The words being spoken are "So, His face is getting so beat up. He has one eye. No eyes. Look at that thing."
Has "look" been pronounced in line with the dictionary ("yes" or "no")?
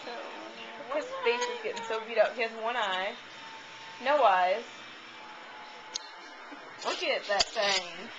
no